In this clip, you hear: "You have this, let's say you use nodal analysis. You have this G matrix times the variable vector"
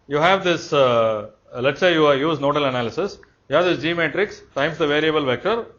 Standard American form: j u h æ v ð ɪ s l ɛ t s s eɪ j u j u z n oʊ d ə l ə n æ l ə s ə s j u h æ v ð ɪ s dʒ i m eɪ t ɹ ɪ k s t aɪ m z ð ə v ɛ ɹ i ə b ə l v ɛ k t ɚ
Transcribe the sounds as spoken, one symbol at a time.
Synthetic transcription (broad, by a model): j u h æ v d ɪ s l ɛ t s s eɪ j u j u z n oʊ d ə l ə n æ l ə s ə s j u h æ v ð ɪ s dʒ i m eɪ t ɹ ɪ k s t aɪ m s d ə v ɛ ɹ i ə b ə l v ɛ k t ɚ